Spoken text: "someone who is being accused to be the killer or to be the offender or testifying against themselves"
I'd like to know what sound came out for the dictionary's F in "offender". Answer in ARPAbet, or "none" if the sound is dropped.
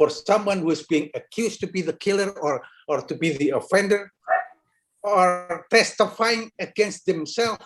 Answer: F